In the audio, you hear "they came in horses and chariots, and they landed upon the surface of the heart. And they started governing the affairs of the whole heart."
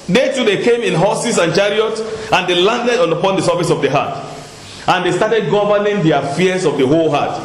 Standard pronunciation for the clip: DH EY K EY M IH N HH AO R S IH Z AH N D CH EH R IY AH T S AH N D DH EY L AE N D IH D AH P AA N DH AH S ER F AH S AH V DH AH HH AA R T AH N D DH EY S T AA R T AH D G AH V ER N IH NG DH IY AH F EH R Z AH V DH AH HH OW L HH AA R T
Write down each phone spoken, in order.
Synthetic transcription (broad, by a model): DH EY K EY M IH N HH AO S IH S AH N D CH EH R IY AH T AH N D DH EY L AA N D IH D AH P AA N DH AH S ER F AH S AH V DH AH HH AA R T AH N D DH EY S T AA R T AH D G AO V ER N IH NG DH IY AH F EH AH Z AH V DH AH HH OW L HH AA T